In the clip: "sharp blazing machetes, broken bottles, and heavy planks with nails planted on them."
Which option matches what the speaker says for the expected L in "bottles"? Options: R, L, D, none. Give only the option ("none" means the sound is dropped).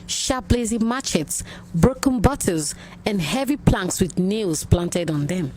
none